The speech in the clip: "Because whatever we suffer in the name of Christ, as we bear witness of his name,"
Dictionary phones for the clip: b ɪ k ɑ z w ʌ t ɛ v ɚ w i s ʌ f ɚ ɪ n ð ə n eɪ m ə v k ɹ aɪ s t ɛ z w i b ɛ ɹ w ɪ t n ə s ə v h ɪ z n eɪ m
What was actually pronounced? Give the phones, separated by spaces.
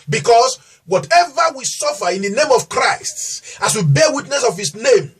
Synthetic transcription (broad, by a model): b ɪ k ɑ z w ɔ t ɛ v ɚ w i s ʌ f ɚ ɪ n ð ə n eɪ m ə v k ɹ aɪ s t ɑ s w i b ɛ w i t n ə s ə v h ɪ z n eɪ m